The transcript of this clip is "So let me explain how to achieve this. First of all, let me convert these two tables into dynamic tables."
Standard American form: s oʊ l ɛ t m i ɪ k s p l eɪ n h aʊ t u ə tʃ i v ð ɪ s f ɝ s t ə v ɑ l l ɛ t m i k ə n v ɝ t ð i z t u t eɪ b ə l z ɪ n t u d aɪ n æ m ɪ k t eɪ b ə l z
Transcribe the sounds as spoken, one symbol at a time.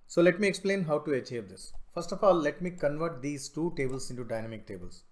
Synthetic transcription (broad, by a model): s oʊ l ɛ t m i ɪ k s p l eɪ n h aʊ t u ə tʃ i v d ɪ s f ɝ s t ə f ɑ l l ɛ t m i k ə n v ɝ t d i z t u t eɪ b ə l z ɪ n t u d aɪ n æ m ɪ k t eɪ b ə l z